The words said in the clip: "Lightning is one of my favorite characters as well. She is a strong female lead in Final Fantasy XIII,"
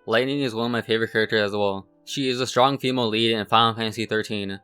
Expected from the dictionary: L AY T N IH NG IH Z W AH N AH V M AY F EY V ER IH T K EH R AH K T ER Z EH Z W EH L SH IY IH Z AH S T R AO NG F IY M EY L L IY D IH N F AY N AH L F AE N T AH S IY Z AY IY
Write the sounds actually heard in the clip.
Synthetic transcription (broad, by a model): L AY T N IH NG IH Z W AH N AH V M AY F EY V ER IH T K EH R AH K T ER Z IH Z W EH L SH IY IH Z AH S T R AO NG F IY M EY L L IY D IH N F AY AH N F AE N S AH TH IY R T IY